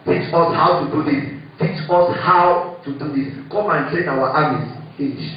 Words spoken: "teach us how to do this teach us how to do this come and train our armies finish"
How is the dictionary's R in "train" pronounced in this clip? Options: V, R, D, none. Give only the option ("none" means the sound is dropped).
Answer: none